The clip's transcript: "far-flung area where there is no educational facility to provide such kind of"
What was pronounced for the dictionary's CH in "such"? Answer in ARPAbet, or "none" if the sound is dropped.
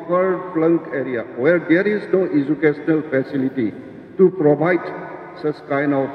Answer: S